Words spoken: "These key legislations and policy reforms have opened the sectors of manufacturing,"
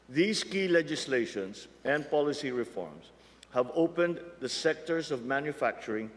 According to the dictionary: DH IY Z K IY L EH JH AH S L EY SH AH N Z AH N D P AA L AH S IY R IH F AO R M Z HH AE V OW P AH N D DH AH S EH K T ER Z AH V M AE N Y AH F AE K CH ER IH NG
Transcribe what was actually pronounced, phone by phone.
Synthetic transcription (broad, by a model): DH IY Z K IY L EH JH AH S L EY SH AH N S AH N D P AA L AH S IY R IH F AO R M S HH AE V OW P AH N D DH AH S EH K T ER S AH V M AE N Y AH F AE K CH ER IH NG